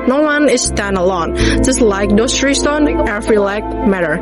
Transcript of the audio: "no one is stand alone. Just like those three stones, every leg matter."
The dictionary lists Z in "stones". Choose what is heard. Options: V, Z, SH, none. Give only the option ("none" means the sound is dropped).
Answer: none